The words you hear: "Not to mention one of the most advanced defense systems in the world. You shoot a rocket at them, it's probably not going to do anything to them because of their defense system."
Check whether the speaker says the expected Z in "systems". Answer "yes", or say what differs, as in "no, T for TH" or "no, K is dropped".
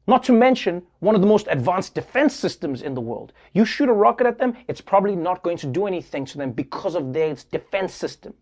yes